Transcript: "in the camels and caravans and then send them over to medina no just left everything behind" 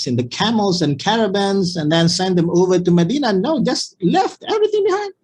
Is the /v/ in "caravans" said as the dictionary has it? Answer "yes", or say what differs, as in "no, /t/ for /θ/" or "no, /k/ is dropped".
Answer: no, /b/ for /v/